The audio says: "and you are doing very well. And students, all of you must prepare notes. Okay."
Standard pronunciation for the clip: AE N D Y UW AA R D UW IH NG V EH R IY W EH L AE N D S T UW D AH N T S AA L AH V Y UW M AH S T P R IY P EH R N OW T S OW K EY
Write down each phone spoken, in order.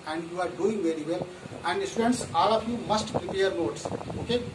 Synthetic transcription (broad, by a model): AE N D Y UW AA R D UW IH NG V EH R IY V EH L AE N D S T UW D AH N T S AA L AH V Y UW M AH S T P R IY P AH R N OW T S OW K EY